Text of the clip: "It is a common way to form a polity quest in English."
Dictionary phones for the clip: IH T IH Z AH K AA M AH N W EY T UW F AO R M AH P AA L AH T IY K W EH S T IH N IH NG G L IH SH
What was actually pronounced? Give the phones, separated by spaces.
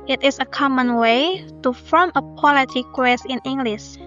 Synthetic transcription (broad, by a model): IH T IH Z AH K AA M AH N W EY T UW F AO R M AH P AA L AH T IY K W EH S IH N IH NG G L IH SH